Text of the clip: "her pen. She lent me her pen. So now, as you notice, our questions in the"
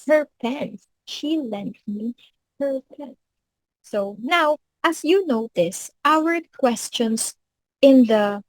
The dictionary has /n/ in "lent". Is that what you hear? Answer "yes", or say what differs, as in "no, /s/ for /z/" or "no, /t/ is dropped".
yes